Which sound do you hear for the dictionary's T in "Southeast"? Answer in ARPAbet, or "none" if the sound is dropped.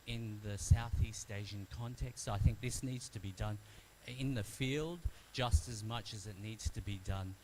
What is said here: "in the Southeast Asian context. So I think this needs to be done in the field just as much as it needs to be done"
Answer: T